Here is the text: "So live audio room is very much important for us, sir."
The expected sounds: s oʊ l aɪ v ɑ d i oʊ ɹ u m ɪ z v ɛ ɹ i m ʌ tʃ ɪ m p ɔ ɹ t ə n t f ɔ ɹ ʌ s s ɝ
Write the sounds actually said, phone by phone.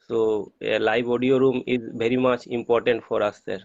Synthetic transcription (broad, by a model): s oʊ l aɪ b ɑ d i oʊ ɹ u m ɪ z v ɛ ɹ i m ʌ tʃ ɪ m p ɔ ɹ t ə n t f ɔ ɹ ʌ s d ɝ